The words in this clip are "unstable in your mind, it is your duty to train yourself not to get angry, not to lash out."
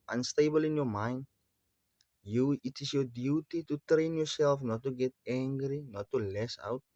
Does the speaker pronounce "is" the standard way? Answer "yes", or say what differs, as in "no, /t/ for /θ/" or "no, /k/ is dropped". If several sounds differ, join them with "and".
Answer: no, /s/ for /z/